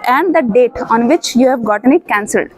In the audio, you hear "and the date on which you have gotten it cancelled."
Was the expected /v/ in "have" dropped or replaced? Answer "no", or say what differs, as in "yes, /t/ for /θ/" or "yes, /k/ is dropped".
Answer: no